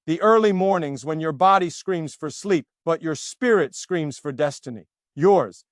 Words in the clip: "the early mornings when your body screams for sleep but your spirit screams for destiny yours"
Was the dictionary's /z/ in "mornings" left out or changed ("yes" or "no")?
no